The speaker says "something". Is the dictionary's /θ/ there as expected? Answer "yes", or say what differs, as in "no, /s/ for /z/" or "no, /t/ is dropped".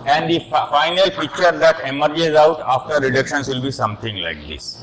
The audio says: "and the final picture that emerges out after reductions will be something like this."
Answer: no, /t/ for /θ/